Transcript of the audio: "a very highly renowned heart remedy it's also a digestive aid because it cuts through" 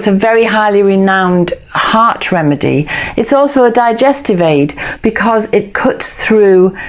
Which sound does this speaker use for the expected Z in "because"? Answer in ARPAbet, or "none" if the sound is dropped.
Z